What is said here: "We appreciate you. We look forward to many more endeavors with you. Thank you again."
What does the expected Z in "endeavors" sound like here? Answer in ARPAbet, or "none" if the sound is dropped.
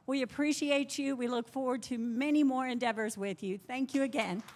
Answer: Z